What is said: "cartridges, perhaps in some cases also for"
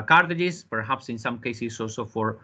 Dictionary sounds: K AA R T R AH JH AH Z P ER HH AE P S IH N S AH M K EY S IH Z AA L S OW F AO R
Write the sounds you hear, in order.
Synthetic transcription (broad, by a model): K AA R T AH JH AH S P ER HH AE P S IH N S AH M K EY S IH S AA L S OW F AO R